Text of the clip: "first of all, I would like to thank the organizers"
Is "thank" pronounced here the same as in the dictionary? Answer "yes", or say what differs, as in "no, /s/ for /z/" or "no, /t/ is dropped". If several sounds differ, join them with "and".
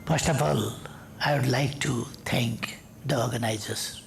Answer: no, /t/ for /θ/